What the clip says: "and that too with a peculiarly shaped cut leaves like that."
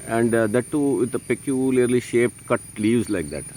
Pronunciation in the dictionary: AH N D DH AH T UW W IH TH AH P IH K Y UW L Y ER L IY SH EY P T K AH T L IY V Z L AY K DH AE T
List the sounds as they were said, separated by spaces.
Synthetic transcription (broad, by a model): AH N D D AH T UW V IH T AH P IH K Y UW L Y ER L IY SH EY P T K AH T L IY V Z L AY K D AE T